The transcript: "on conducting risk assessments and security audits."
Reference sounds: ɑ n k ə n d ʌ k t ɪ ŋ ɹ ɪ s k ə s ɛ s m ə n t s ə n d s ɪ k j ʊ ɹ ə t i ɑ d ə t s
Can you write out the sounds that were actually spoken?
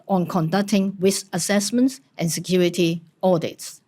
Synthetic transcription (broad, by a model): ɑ n k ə n d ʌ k t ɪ ŋ w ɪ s ə s ɛ s m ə n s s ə n s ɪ k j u ɹ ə t i ɑ d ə t s